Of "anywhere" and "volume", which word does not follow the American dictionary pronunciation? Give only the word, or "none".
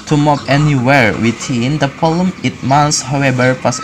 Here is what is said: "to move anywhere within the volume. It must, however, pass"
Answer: volume